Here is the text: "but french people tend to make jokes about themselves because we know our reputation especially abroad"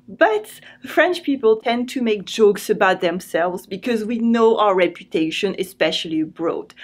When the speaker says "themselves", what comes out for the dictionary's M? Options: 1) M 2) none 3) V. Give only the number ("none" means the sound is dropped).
1